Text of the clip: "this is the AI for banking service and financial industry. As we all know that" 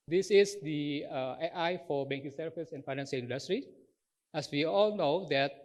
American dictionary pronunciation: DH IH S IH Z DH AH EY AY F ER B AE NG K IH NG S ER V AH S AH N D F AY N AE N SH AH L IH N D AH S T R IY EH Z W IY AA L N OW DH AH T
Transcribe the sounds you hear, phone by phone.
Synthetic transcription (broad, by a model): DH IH S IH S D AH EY AY F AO B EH NG K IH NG S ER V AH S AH N F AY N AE N S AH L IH N D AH S T R IY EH S W IY AA L N OW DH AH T